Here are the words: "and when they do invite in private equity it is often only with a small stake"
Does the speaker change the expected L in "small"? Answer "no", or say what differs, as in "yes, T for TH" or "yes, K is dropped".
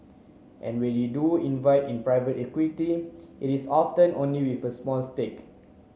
yes, N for L